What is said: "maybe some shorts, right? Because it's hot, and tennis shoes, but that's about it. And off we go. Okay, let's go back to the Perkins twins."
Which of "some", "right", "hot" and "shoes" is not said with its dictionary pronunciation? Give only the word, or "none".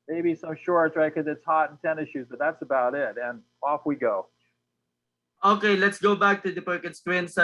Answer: none